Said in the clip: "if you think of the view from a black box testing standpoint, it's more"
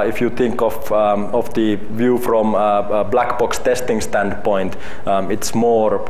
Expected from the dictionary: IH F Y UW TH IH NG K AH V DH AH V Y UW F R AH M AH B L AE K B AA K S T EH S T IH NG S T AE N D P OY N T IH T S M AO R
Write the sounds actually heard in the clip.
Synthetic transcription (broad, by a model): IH F Y UW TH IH NG K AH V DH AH V Y UW F R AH M B L AE K B AA K S T EH S T IH NG S T AE N D P OY N T IH T S M AO R